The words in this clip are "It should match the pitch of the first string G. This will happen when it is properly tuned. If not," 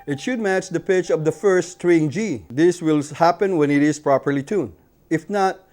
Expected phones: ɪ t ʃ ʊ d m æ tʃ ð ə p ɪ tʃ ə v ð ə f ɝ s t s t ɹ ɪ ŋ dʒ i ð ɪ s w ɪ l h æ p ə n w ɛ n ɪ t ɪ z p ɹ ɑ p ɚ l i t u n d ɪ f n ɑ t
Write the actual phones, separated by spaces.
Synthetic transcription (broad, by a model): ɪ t ʃ ʊ d m æ tʃ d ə p ɪ tʃ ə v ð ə f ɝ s s t ɹ ɪ ŋ dʒ i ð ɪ s w ɪ l h æ p ə n w ɛ n ɪ t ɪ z p ɹ ɑ p ɚ l i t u n ɪ f n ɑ t